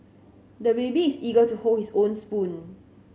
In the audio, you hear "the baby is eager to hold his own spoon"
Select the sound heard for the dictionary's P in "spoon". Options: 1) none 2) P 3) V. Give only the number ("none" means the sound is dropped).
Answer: 2